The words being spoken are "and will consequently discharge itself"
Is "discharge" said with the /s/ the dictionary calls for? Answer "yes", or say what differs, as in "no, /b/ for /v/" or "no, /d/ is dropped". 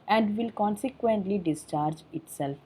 yes